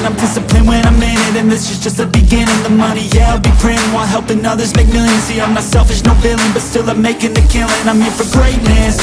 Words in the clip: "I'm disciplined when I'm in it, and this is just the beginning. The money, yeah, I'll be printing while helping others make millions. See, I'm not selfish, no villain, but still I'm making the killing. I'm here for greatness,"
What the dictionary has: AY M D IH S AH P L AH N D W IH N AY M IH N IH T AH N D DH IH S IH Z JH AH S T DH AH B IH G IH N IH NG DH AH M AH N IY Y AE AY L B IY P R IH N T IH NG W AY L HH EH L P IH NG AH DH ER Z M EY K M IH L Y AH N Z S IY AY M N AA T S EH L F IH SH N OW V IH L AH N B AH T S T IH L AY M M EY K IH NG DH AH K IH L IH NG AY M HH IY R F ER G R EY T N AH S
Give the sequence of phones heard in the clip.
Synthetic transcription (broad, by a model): AY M D IH S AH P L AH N W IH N AY M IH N IH T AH N DH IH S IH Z JH AH S T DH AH B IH G IH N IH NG DH AH M AH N IY Y AE AY L B IY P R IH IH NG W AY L HH EH L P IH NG AH DH ER Z M EY K M IH L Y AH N S IY AY M AA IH S EH L F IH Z N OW B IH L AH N B AH T S T IH L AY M M EY K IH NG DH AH K IH L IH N AY M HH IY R F ER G R EY T N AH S